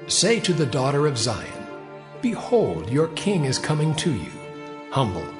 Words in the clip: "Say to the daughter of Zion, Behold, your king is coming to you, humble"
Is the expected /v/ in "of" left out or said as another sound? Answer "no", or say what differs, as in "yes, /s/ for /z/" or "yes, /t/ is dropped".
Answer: no